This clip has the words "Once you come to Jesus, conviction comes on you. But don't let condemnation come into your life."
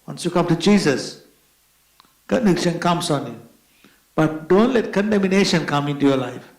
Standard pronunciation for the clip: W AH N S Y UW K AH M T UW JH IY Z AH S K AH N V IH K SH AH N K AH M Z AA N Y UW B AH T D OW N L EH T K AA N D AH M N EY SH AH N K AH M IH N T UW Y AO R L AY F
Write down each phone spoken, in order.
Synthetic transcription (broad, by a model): W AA N S Y UW K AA M T UW JH IY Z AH S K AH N IH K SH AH N K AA M S AA N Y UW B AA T D OW N L EH T K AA N D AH M N EY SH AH N K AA M IH N T UW Y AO L AY F